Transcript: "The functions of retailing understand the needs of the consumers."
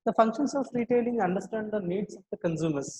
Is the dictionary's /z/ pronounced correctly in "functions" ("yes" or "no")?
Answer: no